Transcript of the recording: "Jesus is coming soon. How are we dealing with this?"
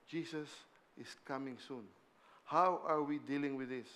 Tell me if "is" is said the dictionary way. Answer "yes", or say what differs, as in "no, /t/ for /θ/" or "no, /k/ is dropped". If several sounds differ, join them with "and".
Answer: no, /s/ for /z/